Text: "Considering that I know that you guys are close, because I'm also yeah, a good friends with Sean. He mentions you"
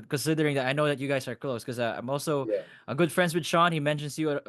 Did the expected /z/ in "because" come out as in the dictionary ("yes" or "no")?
no